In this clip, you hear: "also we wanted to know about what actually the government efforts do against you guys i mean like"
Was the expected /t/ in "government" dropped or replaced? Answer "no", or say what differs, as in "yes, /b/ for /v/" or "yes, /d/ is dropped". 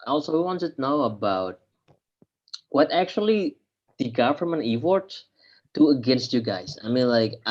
yes, /t/ is dropped